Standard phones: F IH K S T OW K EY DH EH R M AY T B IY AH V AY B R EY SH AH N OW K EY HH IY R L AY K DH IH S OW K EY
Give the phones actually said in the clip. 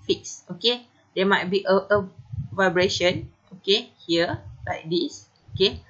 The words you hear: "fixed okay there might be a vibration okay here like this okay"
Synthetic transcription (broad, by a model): F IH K S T OW K EY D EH M AY T B IY AH V AY B R EY SH AH N OW K EY HH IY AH L AY K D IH S OW K EY